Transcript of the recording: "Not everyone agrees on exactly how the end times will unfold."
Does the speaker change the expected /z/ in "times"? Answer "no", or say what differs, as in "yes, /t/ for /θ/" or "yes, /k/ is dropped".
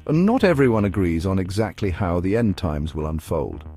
no